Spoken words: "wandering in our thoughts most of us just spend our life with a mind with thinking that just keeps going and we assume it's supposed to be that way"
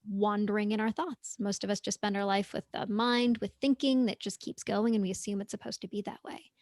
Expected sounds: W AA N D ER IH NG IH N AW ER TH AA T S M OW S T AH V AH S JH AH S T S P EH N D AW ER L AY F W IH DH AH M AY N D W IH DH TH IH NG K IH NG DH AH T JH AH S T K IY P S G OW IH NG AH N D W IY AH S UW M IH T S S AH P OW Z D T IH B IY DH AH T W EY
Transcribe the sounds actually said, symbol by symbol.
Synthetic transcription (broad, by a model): W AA N D ER IH NG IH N AW ER TH AA T S M OW S T AH V AH S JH AH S S P EH N D AW ER L AY F W IH DH AH M AY N D W IH DH TH IH NG K IH NG DH AH T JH AH S K IY P S G OW IH NG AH N W IY AH S UW M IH T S S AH P OW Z T IH B IY DH AH T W EY